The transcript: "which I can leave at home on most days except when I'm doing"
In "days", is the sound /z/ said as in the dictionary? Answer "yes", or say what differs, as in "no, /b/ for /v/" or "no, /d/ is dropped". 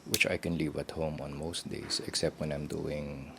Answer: no, /s/ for /z/